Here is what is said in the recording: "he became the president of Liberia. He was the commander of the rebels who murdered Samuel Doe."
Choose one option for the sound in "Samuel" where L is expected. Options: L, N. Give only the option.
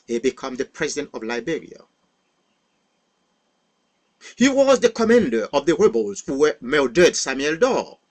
L